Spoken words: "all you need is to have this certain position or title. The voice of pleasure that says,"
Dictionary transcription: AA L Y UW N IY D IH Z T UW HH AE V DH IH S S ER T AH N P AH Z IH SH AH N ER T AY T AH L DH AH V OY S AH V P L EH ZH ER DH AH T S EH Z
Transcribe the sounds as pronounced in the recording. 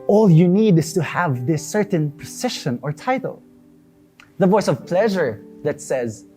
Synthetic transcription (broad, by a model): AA L Y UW N IY D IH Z T UW HH AE V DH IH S S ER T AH N P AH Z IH SH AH N ER T AY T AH L DH AH V OY S AH V P L EH ZH ER DH AH T S EH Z